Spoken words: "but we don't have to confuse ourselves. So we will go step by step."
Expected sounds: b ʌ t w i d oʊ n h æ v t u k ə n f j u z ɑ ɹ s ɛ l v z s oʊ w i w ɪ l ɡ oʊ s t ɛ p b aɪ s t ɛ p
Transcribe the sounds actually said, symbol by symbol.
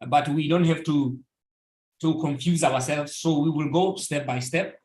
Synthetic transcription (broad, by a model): b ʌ t w i d oʊ n h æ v t u k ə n f j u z ɑ w s ɛ l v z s oʊ w i w ɪ l ɡ oʊ s t ɛ p b aɪ s t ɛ p